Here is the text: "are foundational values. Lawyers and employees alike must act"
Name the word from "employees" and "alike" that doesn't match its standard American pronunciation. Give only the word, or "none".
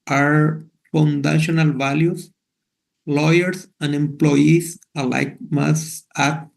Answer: employees